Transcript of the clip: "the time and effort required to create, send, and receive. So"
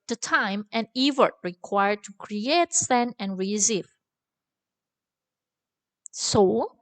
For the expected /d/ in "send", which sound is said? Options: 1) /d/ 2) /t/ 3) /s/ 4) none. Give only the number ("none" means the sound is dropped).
4